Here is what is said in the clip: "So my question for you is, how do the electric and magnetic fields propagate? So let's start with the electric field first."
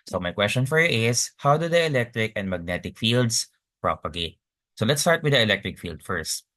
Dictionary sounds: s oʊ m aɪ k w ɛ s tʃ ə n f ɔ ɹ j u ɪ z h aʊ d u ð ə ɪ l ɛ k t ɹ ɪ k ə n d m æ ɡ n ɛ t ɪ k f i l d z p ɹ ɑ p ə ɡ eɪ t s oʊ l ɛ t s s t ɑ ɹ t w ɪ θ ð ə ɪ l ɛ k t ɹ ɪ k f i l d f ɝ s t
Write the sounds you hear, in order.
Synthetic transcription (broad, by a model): s oʊ m aɪ k w ɛ s tʃ ə n f ɔ ɹ j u ɪ s h aʊ d u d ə ɪ l ɛ k t ɹ ɪ k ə n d m æ ɡ n ɛ t ɪ k f i l d s p ɹ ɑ p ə ɡ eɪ t s oʊ l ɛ t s s t ɑ ɹ t w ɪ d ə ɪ l ɛ k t ɹ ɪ k f i l d f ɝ s t